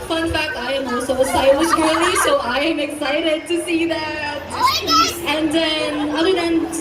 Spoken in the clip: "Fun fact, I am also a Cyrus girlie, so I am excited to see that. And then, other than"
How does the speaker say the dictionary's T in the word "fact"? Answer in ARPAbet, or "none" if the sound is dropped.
none